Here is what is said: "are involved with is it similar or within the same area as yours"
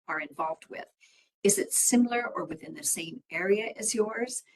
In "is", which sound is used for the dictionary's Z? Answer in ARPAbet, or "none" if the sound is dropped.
Z